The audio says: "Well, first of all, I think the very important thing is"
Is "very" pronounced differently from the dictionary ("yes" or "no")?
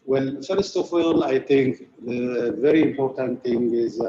no